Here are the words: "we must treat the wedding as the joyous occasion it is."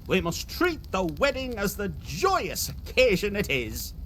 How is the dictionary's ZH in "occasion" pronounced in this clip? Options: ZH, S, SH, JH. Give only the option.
ZH